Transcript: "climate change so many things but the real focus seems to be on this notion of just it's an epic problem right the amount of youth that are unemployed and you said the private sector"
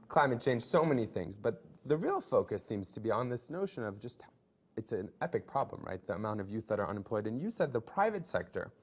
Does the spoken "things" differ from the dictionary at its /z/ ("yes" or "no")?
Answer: no